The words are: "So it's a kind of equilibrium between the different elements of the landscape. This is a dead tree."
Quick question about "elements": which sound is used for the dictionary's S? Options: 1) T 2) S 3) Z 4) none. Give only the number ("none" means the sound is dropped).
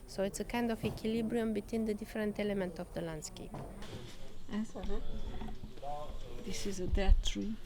4